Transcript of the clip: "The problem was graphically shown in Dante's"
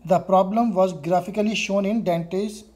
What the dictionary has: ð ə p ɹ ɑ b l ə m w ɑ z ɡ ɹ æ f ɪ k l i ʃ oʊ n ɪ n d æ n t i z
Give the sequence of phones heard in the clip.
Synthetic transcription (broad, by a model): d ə p ɹ ɑ b l ə m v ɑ z ɡ ɹ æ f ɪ k l i ʃ oʊ n ɪ n d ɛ n t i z